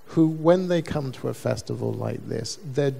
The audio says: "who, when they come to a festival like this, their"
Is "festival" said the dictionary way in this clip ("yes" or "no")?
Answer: yes